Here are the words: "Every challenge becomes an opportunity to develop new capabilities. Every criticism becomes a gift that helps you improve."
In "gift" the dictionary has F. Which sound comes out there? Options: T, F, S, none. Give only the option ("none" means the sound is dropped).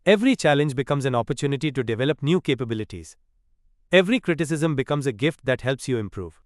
F